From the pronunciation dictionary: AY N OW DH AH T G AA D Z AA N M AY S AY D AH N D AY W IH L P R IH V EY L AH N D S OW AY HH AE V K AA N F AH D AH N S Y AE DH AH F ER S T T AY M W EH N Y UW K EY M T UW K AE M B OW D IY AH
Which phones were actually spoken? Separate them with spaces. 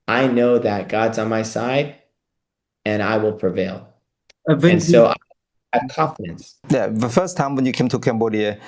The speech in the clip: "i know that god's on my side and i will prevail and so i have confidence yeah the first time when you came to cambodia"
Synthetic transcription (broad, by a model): AY N OW DH AH T G AA D Z N M AY S AY D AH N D AY W IH L P R IH V EY L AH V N S OW AY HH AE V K AA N F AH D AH N S Y AE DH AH F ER S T T AY M W EH N Y UW K EY M T UW K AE M B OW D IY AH